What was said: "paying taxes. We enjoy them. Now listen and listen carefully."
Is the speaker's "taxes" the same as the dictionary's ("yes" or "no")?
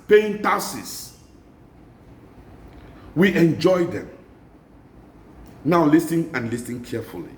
no